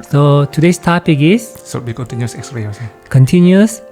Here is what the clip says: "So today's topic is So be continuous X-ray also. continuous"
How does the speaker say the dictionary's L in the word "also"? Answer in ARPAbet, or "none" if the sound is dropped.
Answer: none